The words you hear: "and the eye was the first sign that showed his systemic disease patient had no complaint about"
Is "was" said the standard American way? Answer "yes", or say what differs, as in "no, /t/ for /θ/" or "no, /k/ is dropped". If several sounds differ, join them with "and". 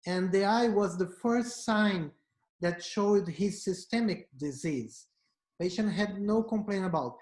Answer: yes